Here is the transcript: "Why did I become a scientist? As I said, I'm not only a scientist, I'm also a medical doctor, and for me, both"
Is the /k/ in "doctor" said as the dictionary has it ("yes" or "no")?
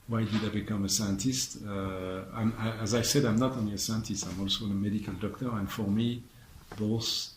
yes